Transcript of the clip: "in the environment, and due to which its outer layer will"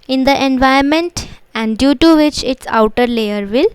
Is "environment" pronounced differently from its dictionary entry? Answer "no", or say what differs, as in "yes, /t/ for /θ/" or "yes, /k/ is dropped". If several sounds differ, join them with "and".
yes, /ɹ/ is dropped